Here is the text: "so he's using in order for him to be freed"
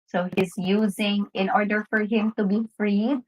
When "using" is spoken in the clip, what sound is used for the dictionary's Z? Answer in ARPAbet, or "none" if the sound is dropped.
Z